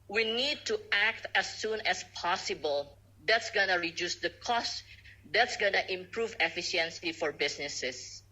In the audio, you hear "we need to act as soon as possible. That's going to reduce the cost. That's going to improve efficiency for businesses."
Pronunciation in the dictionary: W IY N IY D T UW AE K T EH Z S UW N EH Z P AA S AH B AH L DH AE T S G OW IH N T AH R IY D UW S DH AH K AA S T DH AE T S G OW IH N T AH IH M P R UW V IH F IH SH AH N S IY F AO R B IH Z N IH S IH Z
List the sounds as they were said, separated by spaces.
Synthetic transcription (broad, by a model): W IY N IY D T UW AE K T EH S UW N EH S P AA S AH B AH L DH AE T S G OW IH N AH R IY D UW S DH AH K AA S T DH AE T S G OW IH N T IH M P R UW V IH F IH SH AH N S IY F AO R B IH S N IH S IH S